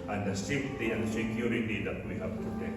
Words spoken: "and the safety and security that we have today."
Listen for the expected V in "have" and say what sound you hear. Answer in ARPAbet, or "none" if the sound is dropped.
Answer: P